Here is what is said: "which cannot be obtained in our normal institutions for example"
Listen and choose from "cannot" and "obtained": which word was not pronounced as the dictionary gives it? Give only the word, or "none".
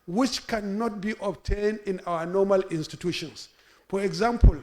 none